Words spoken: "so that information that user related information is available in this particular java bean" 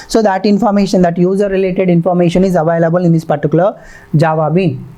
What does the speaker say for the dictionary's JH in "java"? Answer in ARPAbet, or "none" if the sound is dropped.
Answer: JH